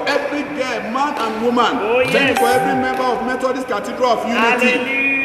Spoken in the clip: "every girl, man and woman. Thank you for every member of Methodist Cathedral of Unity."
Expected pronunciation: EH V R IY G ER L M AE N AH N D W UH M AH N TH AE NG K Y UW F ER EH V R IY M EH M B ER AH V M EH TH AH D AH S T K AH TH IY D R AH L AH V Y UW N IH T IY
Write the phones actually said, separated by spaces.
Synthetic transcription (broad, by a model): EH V R IY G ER M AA N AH N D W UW M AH N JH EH K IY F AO EH V R IY M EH M B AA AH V M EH T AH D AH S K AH T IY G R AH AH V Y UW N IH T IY